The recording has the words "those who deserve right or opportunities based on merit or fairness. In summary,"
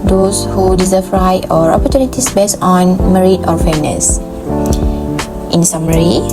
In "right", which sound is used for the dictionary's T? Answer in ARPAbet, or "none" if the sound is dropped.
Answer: none